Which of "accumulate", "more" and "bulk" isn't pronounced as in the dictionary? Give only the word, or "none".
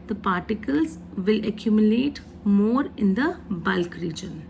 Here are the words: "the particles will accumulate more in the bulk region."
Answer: none